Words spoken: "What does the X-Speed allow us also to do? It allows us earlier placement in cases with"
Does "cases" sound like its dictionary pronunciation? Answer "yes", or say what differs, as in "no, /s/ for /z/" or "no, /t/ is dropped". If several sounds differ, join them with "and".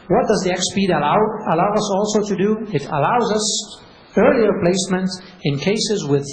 yes